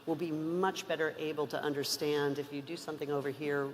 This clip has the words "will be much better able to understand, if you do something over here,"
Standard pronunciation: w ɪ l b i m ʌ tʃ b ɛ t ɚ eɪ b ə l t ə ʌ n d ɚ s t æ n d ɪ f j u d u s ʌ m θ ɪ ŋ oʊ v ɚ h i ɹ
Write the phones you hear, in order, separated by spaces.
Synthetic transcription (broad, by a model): w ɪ l b i m ʌ tʃ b ɛ t ɚ eɪ b l t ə ʌ n d ɚ s t æ n d ɪ f j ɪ d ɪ s ʌ m θ ɪ ŋ oʊ v ɚ h i ɹ